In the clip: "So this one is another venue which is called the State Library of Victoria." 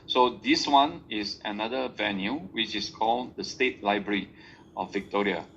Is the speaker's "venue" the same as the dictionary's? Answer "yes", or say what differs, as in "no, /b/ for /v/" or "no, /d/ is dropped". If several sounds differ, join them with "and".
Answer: yes